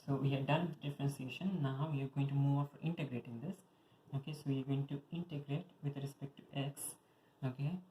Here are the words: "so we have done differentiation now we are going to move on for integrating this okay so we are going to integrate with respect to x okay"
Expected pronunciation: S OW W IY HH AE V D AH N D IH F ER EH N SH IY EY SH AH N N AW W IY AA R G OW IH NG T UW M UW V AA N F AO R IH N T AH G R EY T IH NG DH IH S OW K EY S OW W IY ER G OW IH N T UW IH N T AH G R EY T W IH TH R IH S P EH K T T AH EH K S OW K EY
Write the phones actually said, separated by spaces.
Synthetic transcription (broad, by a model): S OW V IY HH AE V D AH N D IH F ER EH N S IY EY SH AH N N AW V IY AA R G OW IH NG T UW M UW V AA F AO R IH N T AH G R EY T IH NG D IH S OW K EY S OW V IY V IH N T UW IH N T AH G R EY T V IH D R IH S P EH K T T AH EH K S OW K EY